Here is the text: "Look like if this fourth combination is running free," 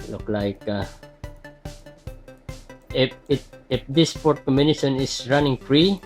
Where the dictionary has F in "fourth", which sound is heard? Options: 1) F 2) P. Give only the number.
2